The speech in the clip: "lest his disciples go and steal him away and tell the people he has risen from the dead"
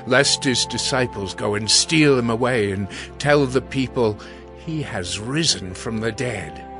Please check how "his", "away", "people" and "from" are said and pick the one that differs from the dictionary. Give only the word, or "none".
none